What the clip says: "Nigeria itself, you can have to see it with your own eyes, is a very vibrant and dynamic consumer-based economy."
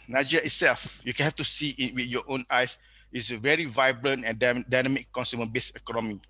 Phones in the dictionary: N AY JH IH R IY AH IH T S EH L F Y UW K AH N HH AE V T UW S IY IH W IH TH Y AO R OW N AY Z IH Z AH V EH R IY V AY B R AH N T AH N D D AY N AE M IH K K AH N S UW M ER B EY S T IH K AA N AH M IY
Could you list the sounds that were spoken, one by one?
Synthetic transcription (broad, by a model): N AY JH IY R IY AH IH T S EH L F Y UW K AH N HH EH F T UW S IY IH W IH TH Y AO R OW N AY S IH S AH V EH R IY V AY B R AH N T AH N D D AY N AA M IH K K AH N S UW M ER B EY S IH K AA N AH M IY